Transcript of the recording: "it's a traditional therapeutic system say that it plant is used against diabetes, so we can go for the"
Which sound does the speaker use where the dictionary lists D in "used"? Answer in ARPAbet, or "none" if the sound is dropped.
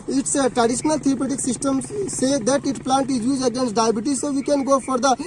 none